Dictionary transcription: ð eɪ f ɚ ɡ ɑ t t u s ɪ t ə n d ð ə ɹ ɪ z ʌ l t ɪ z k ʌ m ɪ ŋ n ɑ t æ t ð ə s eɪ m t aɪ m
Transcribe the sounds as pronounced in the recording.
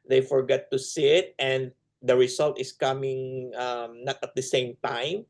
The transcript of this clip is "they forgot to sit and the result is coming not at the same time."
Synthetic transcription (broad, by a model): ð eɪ f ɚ ɡ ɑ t t u s ɪ t ə n d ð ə ɹ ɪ s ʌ l t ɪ s k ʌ m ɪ ŋ n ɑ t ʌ t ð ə s eɪ m t aɪ m